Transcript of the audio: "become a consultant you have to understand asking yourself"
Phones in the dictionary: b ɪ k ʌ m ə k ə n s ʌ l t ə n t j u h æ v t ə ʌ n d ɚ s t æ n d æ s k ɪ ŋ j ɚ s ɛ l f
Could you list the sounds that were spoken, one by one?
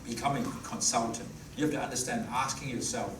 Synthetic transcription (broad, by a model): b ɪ k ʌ m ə k ə n s ʌ l t ə n t j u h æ f t ə ʌ n d ɚ s t æ n d æ s k ɪ ŋ j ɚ s ɛ l f